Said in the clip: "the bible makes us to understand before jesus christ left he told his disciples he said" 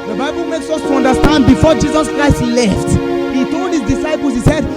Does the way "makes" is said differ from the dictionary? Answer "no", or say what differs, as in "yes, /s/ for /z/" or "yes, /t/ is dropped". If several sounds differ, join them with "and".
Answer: no